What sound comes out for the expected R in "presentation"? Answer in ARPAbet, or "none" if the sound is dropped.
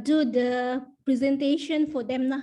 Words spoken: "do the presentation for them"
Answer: R